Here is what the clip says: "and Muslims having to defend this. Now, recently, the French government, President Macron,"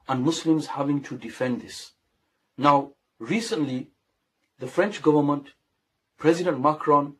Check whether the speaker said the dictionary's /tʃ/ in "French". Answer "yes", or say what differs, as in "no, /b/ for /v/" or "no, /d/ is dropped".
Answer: yes